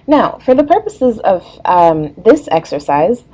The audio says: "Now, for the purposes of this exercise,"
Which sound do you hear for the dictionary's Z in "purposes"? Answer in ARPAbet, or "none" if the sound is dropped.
Z